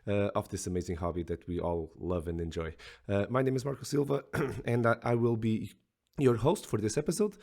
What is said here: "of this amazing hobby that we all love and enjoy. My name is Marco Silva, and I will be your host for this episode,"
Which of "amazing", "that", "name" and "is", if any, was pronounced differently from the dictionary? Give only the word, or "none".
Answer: none